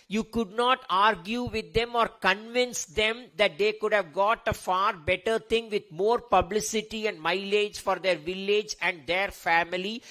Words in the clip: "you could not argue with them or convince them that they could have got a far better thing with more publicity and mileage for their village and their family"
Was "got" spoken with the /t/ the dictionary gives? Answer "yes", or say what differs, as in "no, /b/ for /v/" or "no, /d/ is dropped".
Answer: yes